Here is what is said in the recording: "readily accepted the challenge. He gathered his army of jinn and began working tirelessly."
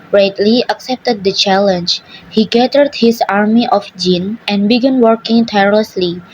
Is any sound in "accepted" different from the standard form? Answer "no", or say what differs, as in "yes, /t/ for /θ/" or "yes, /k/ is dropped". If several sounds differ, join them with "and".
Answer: no